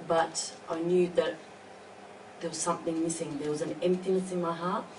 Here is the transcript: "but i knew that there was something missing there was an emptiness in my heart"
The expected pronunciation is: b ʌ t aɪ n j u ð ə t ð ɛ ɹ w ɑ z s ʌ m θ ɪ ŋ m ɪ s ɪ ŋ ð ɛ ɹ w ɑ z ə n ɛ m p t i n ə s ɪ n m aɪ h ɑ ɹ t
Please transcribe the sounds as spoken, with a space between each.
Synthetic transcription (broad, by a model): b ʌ t aɪ n j u ð ə t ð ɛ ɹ w ɑ z s ʌ m θ ɪ ŋ m ɪ s ɪ ŋ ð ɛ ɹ w ɑ z ə n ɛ m p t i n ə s ɪ n m aɪ h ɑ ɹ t